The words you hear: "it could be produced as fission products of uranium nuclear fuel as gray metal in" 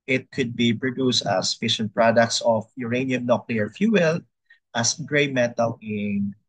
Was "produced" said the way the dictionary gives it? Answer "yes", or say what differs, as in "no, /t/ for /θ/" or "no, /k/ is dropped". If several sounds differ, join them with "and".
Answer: yes